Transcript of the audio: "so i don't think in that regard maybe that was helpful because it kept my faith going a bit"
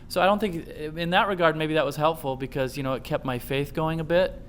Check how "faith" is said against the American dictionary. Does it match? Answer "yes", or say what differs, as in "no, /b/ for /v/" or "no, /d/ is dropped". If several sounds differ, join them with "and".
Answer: yes